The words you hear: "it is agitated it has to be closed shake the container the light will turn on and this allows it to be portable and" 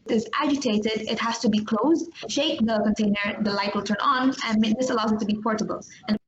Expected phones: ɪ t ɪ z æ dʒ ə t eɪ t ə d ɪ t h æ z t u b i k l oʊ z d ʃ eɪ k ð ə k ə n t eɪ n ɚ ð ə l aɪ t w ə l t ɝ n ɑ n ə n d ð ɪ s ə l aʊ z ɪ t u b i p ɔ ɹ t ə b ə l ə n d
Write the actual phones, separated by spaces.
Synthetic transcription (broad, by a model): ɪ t ɪ z æ dʒ ə t eɪ t ə d ɪ t h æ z t u b i k l oʊ z d ʃ eɪ k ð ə k ə n t eɪ n ɚ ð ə l aɪ t w ə l t ɝ n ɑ n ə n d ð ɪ s ə l aʊ z ɪ t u b i p ɔ ɹ t ə b ə l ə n